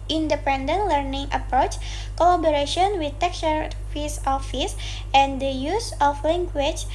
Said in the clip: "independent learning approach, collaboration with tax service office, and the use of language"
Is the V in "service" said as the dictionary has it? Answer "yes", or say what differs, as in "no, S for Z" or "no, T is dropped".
no, F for V